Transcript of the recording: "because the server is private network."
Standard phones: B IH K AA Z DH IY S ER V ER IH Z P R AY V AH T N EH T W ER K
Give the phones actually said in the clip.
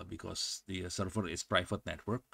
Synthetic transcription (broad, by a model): B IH K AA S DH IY S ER F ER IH S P R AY F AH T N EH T W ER K